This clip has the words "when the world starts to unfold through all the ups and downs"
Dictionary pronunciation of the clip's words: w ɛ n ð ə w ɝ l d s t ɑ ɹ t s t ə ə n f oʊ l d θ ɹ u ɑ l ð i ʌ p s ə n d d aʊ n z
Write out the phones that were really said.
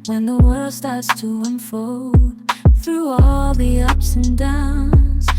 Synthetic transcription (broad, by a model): w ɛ n ð ə w ɝ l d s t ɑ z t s t ə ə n f oʊ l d θ ɹ u ɑ l ð i ʌ p s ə n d d aʊ n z